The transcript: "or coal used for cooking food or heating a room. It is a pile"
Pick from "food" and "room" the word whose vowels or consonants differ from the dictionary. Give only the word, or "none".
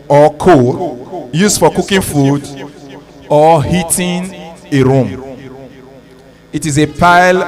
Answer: none